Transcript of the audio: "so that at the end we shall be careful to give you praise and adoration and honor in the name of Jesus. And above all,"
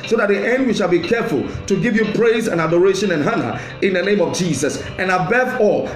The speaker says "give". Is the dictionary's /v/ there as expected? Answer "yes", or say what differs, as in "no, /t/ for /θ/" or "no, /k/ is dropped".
yes